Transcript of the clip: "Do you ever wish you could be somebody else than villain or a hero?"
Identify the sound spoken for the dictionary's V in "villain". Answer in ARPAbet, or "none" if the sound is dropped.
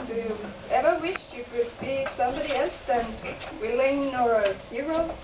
W